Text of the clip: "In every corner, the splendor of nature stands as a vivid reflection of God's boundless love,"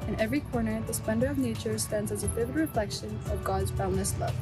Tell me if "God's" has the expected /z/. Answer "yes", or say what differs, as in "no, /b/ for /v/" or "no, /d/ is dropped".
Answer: yes